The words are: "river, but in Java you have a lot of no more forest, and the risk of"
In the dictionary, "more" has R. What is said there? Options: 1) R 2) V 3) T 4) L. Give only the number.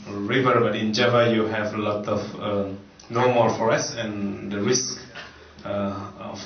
4